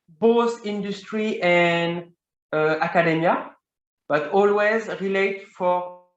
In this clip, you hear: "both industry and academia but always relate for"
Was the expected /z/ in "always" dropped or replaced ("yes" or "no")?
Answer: no